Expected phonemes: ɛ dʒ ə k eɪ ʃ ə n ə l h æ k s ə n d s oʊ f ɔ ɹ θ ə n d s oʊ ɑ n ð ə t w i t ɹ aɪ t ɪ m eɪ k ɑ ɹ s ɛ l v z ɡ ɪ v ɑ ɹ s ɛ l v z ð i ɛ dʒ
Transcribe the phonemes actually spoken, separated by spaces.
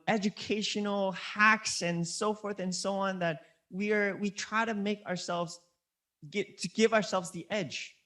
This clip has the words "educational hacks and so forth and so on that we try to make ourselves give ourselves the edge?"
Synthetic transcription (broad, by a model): ɛ dʒ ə k eɪ ʃ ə n l h æ k s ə n s oʊ f ɔ ɹ θ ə n s oʊ ɑ n ð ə t w i t ɹ aɪ t ɪ m eɪ k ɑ ɹ s ɛ l v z ɡ ɪ v ɑ ɹ s ɛ l v z ð i ɛ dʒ